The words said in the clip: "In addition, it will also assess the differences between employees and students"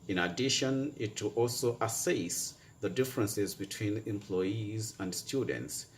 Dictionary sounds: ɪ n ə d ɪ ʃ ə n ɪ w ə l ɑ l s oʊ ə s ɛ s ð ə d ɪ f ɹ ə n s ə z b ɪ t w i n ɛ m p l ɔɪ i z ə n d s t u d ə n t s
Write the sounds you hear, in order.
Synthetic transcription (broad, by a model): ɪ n ə d ɪ ʃ ə n ɪ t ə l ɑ l s oʊ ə s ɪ s ð ə d ɪ f ɹ ə n s ə z b ɪ t w i n ɛ m p l ɔɪ i z ə n d s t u d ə n t s